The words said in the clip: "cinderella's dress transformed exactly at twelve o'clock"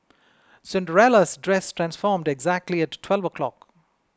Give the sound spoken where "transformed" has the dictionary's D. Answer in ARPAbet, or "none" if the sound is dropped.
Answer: D